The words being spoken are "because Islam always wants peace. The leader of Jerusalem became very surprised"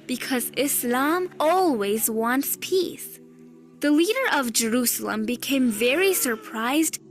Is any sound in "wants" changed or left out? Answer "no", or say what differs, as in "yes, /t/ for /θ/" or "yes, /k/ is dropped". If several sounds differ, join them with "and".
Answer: no